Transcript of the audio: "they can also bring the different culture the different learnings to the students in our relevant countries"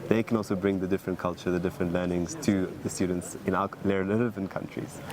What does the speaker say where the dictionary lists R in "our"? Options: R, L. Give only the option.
L